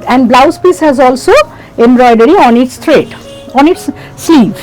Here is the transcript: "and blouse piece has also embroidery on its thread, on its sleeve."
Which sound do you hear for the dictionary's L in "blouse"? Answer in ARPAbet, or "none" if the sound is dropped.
L